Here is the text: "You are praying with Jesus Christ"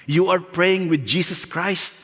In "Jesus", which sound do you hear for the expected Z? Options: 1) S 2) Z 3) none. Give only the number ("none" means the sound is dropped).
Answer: 1